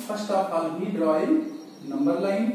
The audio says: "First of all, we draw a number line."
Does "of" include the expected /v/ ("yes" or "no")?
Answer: no